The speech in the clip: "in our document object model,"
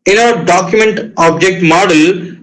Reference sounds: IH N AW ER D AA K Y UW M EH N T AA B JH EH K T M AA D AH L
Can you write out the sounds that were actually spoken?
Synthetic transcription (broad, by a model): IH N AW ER D AA K Y UW M EH N T AA B JH EH K T M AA D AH L